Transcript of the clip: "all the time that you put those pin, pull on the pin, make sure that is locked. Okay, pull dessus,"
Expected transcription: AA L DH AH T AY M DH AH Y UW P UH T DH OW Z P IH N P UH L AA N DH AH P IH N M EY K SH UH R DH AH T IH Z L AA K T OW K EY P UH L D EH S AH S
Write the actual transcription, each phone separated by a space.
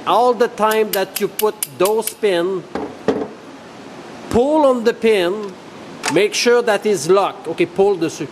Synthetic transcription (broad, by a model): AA L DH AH T AY M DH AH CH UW P UH T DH OW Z P IH N P UH L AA N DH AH P IH N M EY K SH UH R DH AH T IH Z L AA K OW K EY P UH L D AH S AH